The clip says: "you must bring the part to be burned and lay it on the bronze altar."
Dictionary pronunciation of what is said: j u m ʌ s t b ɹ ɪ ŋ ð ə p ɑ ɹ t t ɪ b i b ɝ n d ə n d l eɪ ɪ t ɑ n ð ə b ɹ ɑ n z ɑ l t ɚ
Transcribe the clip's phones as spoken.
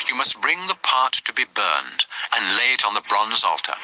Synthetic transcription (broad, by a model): j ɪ m ʌ s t b ɹ ɪ ŋ ð ə p ɑ ɹ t t ɪ b i b ɝ n d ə n l eɪ ɪ t n ð ə b ɹ ɑ n z ɑ l t ɚ